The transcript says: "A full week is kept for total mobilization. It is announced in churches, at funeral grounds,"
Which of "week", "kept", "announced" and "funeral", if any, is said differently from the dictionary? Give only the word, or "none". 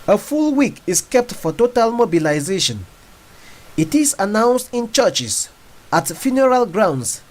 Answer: none